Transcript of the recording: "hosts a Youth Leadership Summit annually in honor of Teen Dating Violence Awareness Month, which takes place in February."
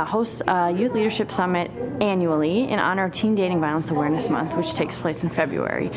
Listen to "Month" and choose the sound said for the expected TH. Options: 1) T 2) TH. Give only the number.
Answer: 2